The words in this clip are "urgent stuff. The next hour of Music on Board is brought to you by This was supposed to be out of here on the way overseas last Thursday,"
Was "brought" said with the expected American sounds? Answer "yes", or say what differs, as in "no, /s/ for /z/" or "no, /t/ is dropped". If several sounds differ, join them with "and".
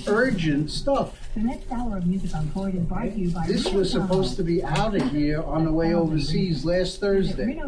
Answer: no, /ɹ/ is dropped